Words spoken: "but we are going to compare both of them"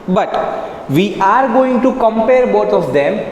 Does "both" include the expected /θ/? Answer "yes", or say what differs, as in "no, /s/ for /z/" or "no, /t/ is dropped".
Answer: no, /t/ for /θ/